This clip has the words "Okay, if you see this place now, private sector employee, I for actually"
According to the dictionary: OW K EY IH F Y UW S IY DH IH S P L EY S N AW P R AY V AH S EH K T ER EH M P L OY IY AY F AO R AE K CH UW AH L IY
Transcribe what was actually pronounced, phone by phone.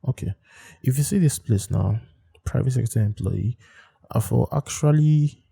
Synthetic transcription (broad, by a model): OW K EY IH F Y UW S IY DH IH S P L EY S N AW P R AY V AH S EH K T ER EH M P L OY IY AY F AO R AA K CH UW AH L IY